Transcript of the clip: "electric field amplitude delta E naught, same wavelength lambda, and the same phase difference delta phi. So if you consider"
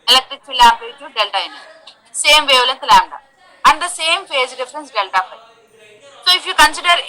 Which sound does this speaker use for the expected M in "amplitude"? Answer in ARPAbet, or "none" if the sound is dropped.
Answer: none